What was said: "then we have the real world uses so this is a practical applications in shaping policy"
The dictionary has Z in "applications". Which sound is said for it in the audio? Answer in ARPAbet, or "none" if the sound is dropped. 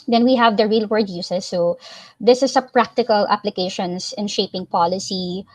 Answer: S